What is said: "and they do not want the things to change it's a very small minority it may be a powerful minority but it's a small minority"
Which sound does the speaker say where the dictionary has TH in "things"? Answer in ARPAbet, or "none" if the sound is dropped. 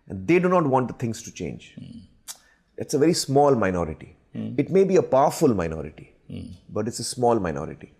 T